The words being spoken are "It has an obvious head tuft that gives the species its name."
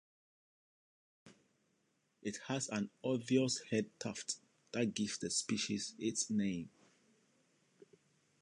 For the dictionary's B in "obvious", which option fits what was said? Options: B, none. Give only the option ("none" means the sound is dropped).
none